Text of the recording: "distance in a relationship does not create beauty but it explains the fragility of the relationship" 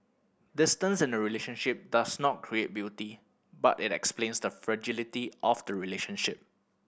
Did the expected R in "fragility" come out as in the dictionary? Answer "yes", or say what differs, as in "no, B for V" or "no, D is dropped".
yes